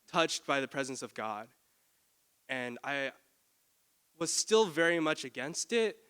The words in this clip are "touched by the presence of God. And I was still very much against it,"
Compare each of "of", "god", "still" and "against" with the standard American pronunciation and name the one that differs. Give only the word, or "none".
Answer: none